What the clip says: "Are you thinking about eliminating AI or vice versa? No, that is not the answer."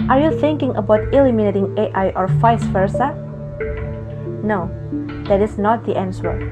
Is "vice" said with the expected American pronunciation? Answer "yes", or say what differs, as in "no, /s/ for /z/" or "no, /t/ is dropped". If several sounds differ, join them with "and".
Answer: no, /f/ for /v/